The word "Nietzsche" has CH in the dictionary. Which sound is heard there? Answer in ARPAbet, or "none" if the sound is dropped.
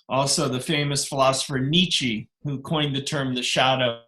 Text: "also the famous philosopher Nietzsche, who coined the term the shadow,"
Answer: CH